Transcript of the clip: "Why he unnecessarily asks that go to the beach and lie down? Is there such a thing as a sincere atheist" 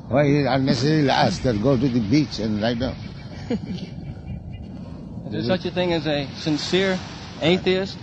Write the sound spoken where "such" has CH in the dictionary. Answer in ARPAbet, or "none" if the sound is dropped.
CH